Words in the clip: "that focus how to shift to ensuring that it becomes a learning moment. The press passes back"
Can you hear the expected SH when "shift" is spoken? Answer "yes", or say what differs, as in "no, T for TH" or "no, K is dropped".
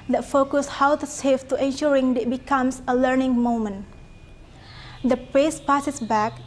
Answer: no, S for SH